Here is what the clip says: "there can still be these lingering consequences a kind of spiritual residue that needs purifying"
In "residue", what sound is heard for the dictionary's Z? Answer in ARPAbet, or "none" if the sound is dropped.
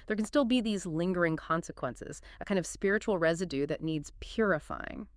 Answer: Z